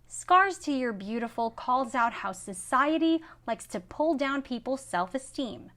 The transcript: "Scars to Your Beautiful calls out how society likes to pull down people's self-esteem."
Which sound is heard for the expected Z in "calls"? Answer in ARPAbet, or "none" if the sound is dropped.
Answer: Z